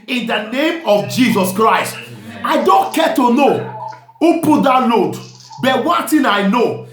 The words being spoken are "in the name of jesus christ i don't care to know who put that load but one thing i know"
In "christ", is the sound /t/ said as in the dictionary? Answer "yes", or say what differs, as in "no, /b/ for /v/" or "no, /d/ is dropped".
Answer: yes